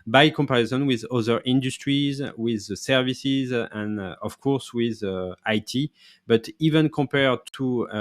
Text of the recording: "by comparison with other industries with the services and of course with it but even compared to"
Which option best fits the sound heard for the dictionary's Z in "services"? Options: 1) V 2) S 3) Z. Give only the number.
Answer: 3